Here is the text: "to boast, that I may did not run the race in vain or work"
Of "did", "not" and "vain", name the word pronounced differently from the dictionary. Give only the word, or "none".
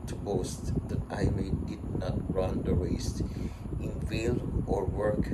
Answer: vain